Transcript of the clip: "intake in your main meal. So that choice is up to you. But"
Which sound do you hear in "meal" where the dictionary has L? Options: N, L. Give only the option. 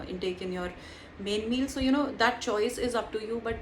L